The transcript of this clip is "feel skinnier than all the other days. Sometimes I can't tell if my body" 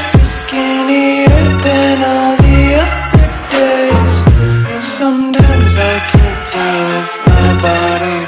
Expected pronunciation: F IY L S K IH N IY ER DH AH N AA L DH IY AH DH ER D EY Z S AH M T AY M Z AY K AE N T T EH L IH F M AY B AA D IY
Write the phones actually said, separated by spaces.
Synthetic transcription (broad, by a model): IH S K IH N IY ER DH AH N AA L DH IY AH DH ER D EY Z S AH M T AY M Z AY K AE N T T EH L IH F M AY B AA D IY